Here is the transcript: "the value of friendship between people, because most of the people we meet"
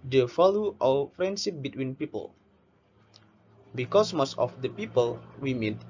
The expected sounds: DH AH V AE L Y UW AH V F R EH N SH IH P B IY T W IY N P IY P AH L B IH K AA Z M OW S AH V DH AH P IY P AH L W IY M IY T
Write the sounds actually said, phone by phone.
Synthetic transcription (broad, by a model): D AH F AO L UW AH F R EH N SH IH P B IY T W IY N P IY P AH L B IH K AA S M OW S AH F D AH P IY P AH L W IY M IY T